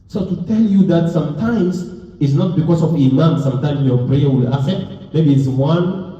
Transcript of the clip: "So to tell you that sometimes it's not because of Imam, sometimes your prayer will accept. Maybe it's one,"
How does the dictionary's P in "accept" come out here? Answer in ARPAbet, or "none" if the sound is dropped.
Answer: none